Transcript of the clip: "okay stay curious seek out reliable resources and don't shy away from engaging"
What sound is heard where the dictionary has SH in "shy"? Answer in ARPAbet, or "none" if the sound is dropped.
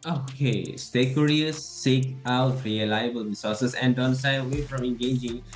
S